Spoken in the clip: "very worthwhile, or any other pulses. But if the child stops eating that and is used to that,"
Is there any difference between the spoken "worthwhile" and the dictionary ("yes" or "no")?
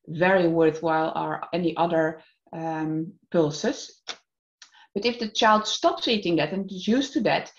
no